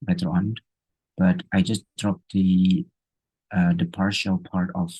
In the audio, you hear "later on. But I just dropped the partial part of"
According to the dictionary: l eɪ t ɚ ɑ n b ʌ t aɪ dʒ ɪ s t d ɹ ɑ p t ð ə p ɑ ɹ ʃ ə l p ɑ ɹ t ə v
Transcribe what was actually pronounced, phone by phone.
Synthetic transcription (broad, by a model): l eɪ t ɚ ɑ n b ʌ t aɪ dʒ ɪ s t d ɹ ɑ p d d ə p ɑ ɹ ʃ ə l p ɑ ɹ t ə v